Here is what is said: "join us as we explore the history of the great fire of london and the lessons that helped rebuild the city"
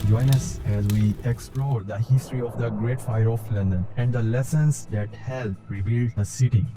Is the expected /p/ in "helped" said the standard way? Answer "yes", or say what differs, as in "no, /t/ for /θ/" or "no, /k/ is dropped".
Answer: no, /p/ is dropped